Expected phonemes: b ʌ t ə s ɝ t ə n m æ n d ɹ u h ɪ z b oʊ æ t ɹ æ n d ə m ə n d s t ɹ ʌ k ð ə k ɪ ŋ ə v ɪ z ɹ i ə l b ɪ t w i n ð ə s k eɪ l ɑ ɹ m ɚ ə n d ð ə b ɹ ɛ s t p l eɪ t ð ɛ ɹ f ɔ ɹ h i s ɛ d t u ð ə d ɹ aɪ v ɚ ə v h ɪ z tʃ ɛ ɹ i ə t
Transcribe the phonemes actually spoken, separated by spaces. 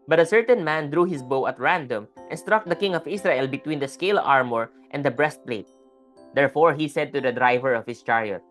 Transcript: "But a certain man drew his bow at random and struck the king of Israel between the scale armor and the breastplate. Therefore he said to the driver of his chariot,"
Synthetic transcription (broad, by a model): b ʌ t ə s ɝ t ə n m æ n d ɹ u h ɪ s b oʊ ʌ t ɹ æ n d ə m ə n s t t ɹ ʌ k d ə k ɪ ŋ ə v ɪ s ɹ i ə l b ɪ t w i n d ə s k eɪ l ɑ ɹ m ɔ ə n d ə b ɹ ɛ s t p l eɪ t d ɛ ɹ f ɔ ɹ h i s ɛ d t u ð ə d ɹ aɪ v ɚ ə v h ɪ s tʃ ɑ ɹ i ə t